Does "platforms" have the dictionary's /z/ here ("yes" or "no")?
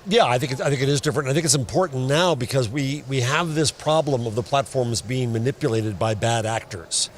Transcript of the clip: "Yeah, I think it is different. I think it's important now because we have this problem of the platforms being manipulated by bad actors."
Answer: yes